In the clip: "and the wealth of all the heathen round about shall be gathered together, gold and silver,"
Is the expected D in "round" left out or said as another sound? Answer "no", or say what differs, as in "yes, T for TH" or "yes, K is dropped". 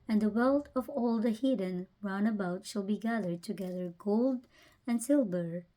yes, D is dropped